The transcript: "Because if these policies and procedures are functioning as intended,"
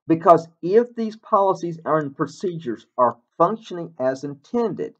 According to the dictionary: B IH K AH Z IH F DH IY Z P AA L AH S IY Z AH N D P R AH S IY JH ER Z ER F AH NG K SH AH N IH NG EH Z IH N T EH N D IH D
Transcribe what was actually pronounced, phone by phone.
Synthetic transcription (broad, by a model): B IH K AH Z IH F DH IY Z P AA L AH S IY Z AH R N P R AH S IY JH ER Z ER F AH NG K SH AH N IH NG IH Z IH N T EH N D IH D